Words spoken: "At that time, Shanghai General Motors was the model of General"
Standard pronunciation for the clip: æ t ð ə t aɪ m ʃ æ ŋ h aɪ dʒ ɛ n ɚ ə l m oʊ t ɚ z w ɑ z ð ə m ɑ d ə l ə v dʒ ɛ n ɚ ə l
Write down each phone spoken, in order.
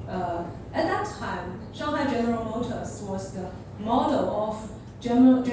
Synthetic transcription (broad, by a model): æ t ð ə t aɪ m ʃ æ h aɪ dʒ ɛ n ɚ ə l m oʊ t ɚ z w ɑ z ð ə m ɑ d ə l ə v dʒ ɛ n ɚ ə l